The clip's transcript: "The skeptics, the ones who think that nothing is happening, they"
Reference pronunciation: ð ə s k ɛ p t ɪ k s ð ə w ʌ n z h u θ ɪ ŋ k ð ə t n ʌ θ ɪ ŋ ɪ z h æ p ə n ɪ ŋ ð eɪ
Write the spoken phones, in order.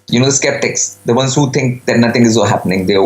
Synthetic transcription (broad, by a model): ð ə s k ɛ p t ɪ k s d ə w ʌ n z h u t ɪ ŋ k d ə t n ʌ t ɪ ŋ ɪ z h æ p ə n ɪ ŋ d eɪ